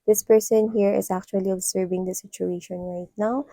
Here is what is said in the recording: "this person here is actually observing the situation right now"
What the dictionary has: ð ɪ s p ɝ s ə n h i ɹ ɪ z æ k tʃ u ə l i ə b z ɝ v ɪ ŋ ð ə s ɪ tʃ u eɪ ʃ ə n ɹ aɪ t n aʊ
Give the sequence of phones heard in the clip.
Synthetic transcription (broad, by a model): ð ɪ s p ɝ s ə n h i ɹ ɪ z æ k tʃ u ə l i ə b s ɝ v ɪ ŋ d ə s ɪ tʃ u eɪ ʃ ə n ɹ aɪ t n aʊ